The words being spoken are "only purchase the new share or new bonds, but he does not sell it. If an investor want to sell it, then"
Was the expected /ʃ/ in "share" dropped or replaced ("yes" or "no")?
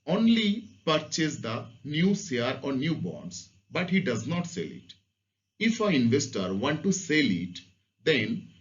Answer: yes